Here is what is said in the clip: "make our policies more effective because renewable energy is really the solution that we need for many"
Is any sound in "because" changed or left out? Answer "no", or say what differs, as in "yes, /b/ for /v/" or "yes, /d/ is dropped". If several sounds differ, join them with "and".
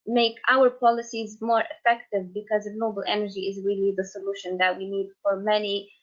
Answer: no